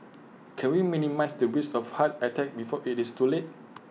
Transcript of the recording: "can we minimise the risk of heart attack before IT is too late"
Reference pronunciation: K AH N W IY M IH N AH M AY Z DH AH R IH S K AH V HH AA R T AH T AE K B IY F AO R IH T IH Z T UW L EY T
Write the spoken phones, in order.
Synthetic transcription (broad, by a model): K AH N W IY M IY N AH M AY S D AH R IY S AH F HH AA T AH T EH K B IY F AO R IH T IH S T UW L EY T